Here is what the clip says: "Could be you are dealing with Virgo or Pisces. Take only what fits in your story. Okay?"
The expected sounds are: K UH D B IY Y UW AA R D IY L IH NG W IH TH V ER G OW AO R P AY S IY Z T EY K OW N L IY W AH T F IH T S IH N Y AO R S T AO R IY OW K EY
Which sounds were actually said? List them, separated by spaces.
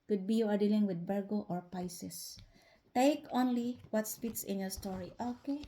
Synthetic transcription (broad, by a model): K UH D B IY Y UW AA R D IY L IH NG W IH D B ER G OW AO R P AY S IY S T EY K OW N L IY W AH T P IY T S IH N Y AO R S T AO R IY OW K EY